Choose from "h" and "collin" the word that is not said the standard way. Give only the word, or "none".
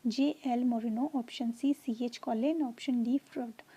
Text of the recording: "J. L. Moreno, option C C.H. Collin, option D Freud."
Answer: none